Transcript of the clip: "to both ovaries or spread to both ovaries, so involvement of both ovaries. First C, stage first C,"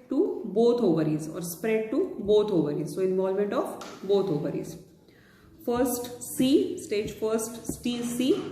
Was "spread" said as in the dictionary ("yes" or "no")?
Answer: yes